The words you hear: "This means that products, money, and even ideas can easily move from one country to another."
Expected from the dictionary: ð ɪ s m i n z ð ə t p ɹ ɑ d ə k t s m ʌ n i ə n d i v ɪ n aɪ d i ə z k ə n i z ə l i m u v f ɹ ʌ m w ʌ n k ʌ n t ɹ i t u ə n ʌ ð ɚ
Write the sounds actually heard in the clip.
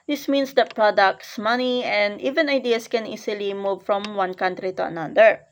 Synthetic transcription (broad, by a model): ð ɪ s m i n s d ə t p ɹ ɑ d ə k t s m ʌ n i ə n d i v ɪ n aɪ d i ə s k ə n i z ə l i m u v f ɹ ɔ m w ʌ n k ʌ n t ɹ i t u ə n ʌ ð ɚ